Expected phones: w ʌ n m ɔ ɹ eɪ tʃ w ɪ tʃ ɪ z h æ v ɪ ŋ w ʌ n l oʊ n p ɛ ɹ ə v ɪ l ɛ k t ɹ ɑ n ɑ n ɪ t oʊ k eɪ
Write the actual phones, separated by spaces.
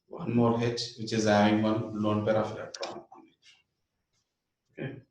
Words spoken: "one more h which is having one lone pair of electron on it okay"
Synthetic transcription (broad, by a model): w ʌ n m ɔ ɹ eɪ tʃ w ɪ tʃ ɪ z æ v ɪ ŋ w ʌ n l oʊ n p ɛ ɹ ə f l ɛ t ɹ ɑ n ɑ n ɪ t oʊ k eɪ